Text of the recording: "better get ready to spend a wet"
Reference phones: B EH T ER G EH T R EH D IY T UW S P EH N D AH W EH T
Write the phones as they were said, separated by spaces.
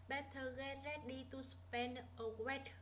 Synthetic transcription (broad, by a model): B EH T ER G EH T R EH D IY T UW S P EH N AH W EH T